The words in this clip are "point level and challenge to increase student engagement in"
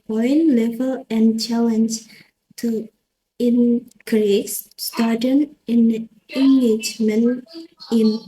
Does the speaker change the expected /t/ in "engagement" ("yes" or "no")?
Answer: yes